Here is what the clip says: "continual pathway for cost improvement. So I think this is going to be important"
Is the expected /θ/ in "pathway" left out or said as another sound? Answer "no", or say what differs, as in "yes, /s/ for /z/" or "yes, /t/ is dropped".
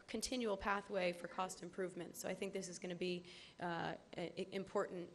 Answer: no